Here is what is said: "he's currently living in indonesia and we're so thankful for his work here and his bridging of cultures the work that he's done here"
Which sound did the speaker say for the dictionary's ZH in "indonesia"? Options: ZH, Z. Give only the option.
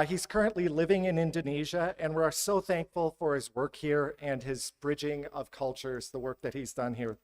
ZH